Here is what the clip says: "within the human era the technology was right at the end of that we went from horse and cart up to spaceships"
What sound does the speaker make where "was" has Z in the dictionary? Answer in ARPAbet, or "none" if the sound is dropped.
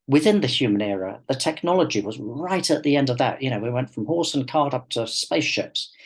Z